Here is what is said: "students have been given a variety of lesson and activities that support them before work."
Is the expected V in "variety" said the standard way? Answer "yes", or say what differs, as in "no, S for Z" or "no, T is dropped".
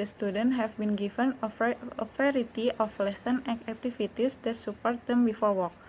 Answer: no, F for V